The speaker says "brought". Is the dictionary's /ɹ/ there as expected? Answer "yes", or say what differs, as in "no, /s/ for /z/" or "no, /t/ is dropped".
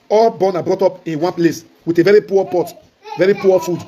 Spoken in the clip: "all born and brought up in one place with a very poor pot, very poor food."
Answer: yes